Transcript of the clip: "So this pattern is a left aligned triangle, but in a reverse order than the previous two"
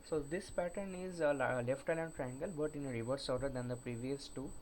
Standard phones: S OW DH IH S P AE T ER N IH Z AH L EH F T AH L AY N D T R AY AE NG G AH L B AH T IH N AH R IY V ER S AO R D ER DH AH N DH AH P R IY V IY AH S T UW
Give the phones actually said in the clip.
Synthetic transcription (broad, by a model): S OW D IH S P AE T ER N IH Z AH L EH F T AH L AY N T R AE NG G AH L B AH T IH N AH R IY V ER S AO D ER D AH N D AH P R IY V IY AH S T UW